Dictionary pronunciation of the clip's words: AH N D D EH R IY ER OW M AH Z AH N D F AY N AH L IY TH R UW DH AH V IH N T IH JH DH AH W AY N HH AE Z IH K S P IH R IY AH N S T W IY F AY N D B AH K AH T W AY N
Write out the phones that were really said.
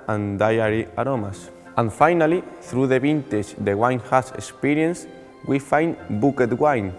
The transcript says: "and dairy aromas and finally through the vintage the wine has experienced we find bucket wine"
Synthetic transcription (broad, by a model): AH N D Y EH R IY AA OW M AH S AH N F AY N AH L IY TH R UW DH AH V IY N T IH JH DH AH W AY N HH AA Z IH K S P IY R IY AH N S W IY F AY N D B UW K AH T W AY N